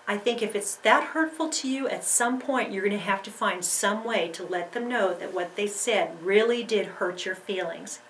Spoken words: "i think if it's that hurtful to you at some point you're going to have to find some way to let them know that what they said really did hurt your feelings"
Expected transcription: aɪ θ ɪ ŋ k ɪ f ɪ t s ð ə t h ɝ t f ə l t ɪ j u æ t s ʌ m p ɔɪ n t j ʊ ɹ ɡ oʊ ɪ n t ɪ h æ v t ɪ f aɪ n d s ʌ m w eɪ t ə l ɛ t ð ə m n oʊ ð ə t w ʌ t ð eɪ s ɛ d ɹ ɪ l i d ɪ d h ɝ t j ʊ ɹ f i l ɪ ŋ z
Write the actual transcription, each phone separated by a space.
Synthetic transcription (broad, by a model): aɪ θ ɪ ŋ k ɪ f ɪ t s ð ə t h ɝ t f l t ɪ j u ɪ t s ʌ m p ɔɪ n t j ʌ ɹ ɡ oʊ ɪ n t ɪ h æ f t ɪ f aɪ n d s ʌ m w eɪ t ə l ɛ t ð ə m n oʊ ð ə t w ʌ t ð eɪ s ɛ d ɹ ɪ l i d ɪ d h ɝ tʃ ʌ ɹ f i l ɪ ŋ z